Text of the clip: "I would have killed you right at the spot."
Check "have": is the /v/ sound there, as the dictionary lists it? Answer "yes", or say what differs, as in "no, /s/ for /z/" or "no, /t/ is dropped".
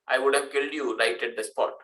yes